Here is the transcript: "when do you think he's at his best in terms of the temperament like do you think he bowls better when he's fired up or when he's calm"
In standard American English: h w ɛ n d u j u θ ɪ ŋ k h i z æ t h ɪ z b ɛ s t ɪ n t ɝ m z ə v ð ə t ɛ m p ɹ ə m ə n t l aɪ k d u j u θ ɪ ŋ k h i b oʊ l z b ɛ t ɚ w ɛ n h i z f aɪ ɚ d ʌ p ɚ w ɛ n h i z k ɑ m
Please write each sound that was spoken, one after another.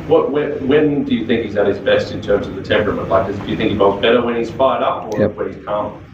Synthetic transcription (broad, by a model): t w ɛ n d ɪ j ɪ θ ɪ ŋ k h i z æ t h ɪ z b ɛ s t ɪ n t ɝ m z ə v ð ə t ɛ m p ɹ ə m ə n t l aɪ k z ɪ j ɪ θ ɪ ŋ k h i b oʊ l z b ɛ t ɚ w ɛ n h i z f aɪ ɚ d ʌ p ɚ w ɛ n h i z k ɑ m